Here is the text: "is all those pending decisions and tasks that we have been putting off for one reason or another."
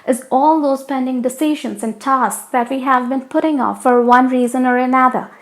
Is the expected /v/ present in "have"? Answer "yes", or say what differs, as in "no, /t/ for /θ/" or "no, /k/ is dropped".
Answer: yes